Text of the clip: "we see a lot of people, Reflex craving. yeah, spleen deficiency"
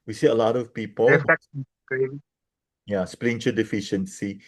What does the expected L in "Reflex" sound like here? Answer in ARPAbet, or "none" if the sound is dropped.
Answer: none